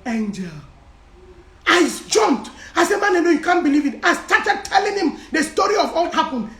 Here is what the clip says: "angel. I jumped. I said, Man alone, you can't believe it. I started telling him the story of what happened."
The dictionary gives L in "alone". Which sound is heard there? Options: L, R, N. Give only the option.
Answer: N